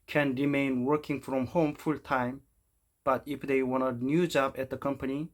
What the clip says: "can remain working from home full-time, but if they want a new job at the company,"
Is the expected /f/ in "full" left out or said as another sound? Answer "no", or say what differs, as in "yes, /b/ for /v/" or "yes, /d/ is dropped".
no